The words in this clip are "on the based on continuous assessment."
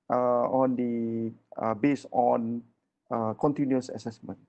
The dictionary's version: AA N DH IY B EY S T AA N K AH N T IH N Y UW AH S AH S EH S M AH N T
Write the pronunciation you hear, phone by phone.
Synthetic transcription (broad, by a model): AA N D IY B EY S AA N K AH N T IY N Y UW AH S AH S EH S M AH N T